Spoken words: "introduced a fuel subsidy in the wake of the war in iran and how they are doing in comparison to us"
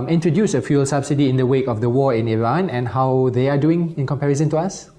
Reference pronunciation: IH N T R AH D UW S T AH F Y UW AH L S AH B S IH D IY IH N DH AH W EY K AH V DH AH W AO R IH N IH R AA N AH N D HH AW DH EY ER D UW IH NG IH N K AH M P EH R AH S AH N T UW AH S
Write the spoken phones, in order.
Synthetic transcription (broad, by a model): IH N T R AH D UW S AH F Y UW L S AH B S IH D IY IH N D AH W EY K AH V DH AH W AO IH N IH R AA N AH N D HH AW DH EY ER D UW IH NG IH N K AH M P EH R AH S AH N T UW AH S